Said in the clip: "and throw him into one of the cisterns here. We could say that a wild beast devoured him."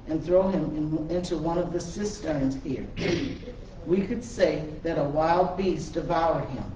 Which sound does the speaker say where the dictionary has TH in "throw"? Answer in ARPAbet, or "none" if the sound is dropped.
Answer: TH